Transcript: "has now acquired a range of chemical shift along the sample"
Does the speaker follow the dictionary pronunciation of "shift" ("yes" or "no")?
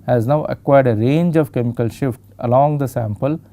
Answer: yes